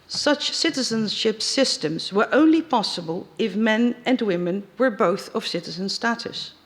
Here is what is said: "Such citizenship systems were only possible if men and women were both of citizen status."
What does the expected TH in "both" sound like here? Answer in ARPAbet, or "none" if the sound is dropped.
TH